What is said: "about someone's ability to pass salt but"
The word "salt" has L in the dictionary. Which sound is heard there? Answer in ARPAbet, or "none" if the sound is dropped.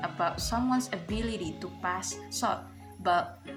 none